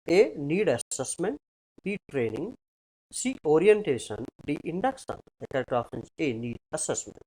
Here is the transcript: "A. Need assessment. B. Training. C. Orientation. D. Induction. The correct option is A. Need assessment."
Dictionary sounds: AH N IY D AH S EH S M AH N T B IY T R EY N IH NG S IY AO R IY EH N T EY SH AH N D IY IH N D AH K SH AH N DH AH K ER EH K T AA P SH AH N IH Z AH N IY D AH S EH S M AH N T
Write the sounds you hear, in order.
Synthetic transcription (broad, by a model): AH N IY D AH S EH S M AH N T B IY T R EY N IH NG S IY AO R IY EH N T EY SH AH N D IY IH N D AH K S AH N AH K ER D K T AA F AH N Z AH N IY D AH S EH S M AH N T